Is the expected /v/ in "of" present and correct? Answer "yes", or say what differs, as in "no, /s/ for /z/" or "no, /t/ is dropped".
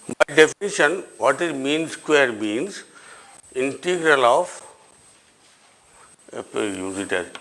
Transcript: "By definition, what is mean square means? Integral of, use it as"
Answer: no, /p/ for /v/